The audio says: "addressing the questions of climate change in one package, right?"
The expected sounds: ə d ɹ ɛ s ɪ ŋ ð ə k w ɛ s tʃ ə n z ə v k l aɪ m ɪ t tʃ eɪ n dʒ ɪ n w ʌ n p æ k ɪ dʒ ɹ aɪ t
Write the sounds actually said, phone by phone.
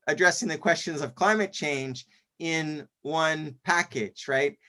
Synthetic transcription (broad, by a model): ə d ɹ ɛ s ɪ ŋ ð ə k w ɛ s tʃ ə n z ə v k l aɪ m ɪ t tʃ eɪ n dʒ ɪ n w ʌ n p æ k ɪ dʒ ɹ aɪ t